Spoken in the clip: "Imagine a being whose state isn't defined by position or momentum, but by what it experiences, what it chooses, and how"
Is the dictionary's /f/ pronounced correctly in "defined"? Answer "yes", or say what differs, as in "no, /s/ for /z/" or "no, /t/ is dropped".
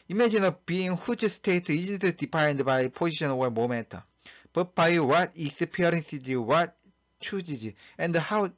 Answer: no, /p/ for /f/